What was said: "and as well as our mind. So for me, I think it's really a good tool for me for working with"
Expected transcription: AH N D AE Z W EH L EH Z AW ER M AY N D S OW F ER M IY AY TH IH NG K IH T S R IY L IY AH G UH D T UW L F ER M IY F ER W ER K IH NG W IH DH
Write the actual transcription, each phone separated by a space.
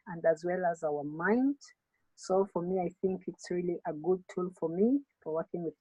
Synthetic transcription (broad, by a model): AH N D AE Z W EH L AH Z AW ER M AY N D S OW F ER M IY AY TH IH NG K IH T S R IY L IY AH G UH D T UW L F ER M IY F ER W ER K IH NG W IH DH